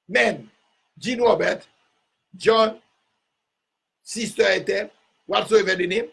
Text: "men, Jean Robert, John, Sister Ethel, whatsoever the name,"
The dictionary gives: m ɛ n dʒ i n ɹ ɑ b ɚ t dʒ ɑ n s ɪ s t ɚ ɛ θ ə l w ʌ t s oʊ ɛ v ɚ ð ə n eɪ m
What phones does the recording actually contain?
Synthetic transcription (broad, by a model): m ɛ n dʒ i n w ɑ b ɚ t dʒ ɑ n s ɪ s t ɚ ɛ t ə w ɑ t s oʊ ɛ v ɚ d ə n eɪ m